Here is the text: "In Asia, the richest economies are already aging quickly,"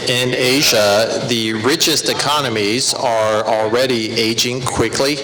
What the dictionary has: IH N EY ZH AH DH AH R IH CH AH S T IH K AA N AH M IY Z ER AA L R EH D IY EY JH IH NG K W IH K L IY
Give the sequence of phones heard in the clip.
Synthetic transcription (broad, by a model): IH N EY ZH AH DH AH R IH CH AH S T IH K AA N AH M IY Z ER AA L R EH D IY EY JH IH NG K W IH K L IY